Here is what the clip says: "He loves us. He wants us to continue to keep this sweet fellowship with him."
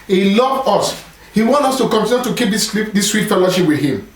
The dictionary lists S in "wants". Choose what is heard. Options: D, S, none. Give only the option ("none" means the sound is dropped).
none